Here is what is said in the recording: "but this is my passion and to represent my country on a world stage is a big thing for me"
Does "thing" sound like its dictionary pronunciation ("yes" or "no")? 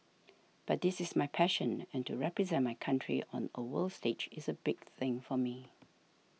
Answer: yes